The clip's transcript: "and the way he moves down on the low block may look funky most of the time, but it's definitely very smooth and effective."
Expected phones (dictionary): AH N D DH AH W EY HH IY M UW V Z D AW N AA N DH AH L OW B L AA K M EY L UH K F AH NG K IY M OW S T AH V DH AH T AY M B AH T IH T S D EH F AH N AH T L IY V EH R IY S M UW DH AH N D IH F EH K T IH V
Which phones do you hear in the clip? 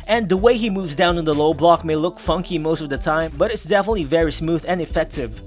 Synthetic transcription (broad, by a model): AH N DH AH W EY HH IY M UW V Z D AW N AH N DH AH L OW B L AA K M EY L UH K F AH NG K IY M OW S T AH V DH AH T AY M B AH T IH T S D EH F AH N AH T L IY V EH R IY S M UW DH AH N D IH F EH K T IH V